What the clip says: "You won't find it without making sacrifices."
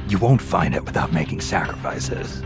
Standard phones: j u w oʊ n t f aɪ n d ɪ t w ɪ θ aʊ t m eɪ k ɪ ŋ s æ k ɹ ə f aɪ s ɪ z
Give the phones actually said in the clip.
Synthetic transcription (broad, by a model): j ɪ w oʊ n t f aɪ n d ɪ t w ɪ θ aʊ t m eɪ k ɪ ŋ s æ k ɹ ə f aɪ s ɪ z